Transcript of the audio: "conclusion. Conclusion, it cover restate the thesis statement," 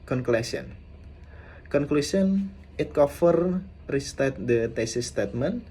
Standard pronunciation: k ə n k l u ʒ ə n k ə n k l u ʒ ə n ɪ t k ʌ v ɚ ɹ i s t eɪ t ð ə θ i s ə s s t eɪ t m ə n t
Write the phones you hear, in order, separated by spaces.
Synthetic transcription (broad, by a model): k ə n k l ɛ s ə n k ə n k l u s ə n ɪ t k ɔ f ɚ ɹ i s t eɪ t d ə t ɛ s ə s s t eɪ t m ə n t